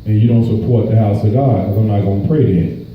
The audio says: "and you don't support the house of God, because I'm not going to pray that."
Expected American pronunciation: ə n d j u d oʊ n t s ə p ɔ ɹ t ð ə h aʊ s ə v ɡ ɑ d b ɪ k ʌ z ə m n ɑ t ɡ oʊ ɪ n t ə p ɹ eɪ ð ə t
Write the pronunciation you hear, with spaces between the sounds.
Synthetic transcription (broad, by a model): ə n j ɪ d oʊ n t s ə p ɔ ɹ t ð ə h aʊ s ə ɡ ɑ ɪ ʌ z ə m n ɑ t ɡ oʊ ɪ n p ɹ eɪ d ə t